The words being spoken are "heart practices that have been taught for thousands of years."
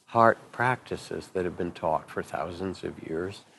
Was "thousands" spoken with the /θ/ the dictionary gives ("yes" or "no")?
yes